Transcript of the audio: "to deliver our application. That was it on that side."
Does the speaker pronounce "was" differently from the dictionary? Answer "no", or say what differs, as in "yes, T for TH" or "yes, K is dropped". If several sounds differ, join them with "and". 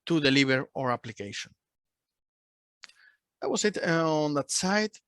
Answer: yes, S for Z